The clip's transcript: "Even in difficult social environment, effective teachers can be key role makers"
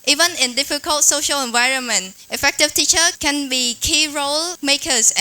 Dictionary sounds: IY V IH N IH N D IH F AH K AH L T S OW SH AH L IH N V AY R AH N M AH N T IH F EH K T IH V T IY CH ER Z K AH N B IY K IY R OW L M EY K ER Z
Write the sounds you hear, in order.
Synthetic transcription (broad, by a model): IY V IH N IH N D IH F AH K AH L T S OW SH AH L IH N V AY R AH N M AH N T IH F EH K T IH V T IY CH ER K AH N B IY K IY R OW L M EY K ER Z